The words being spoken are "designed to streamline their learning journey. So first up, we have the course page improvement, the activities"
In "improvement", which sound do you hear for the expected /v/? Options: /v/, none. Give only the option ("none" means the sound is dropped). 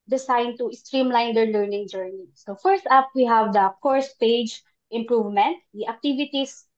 /v/